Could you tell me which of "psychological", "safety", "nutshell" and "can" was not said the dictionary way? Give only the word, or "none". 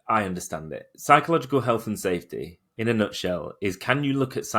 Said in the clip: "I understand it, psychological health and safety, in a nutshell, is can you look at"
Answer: none